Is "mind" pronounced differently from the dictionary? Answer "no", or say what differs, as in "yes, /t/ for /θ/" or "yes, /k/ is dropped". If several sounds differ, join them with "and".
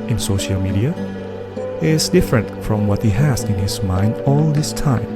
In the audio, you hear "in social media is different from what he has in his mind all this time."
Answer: no